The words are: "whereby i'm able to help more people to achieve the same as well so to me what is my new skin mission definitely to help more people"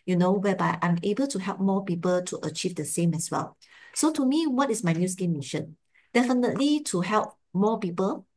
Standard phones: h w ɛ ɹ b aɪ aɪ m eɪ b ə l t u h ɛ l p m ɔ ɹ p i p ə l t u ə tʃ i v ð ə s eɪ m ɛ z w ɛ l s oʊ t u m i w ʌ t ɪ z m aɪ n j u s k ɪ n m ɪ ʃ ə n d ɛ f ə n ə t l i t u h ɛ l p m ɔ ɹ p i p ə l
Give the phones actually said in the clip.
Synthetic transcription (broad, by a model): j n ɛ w b aɪ aɪ m eɪ b ə l t u h ɛ l p m ɔ p i p ə l t u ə tʃ i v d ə s eɪ m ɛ s w ɛ l s oʊ t u m i w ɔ t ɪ s m aɪ n j u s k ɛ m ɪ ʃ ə n d ɛ f ə n ə t l i t u h ɛ l p m ɔ p i p ə l